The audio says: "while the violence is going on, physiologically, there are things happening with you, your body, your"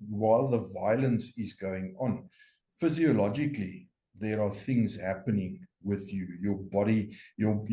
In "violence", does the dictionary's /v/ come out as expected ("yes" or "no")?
yes